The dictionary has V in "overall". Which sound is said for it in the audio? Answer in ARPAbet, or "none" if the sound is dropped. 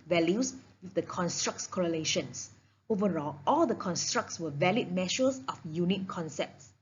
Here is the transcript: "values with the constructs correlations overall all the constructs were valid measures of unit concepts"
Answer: V